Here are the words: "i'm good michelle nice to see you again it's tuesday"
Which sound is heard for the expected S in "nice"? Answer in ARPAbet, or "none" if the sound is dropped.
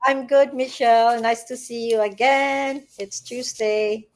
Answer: S